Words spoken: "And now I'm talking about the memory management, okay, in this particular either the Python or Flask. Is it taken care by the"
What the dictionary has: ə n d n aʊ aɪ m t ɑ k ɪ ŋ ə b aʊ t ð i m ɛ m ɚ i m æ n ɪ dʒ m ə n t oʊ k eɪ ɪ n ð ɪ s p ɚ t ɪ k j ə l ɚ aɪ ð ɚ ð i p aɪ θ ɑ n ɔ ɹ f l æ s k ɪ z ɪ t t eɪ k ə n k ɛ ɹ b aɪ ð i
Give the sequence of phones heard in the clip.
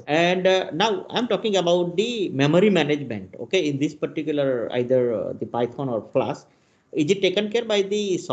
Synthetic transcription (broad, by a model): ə n d n aʊ aɪ m t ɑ k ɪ ŋ ə b aʊ t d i m ɛ m ɚ i m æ n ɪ dʒ m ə n t oʊ k eɪ ɪ n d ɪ s p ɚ t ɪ k j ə l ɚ aɪ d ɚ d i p aɪ f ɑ n ɔ ɹ p l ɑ s ɪ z ɪ t t eɪ k ə n k ɛ ɹ b aɪ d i